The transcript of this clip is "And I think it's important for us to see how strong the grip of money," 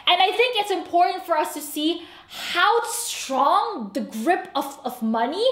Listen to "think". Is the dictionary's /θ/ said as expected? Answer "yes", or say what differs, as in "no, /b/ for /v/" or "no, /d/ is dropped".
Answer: yes